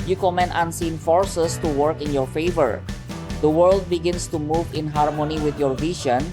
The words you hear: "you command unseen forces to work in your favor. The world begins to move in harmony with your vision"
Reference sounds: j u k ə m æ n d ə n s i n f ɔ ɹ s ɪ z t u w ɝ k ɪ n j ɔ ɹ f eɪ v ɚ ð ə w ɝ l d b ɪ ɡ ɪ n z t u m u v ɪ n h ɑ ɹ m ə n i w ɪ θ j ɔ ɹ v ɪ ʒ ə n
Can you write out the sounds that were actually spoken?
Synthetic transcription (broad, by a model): j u k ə m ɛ n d ə n s i n f ɔ ɹ s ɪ s t u w ɝ k ɪ n j ɔ ɹ f eɪ v ɚ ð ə w ɝ l d b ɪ ɡ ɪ n s t u m u v ɪ n h ɑ ɹ m ə n i w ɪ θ j ɔ ɹ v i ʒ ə n